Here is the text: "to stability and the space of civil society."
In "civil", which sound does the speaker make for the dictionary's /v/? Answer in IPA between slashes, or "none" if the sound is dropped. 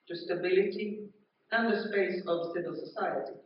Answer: /v/